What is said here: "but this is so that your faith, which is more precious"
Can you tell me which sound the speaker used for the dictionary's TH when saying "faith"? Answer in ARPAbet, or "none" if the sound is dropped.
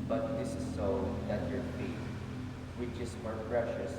T